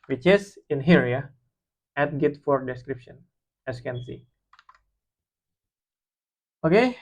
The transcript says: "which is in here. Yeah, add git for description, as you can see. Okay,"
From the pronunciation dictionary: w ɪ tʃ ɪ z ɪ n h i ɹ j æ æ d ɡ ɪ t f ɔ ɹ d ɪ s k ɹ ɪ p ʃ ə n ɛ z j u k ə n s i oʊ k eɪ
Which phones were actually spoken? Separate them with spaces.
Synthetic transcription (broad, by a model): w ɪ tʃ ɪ s ɪ n h i ɹ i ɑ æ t ɡ ɪ t f ɔ ɹ d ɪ s k ɹ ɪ p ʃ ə n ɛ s k ə n s i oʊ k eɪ